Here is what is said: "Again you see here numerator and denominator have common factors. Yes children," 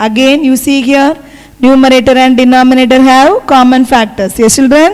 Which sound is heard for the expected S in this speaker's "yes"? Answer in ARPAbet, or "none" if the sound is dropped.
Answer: none